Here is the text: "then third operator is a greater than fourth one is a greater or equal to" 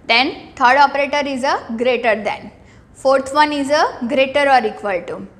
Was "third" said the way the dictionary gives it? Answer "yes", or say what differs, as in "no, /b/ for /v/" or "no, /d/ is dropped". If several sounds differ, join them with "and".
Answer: no, /t/ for /θ/